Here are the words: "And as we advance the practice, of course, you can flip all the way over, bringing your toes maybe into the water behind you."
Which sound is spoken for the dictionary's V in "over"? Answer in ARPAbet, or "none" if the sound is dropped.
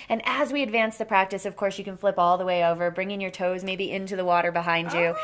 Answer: V